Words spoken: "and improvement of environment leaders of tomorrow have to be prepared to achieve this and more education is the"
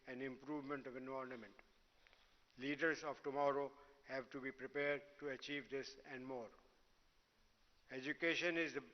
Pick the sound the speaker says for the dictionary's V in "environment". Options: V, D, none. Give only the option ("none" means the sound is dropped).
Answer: none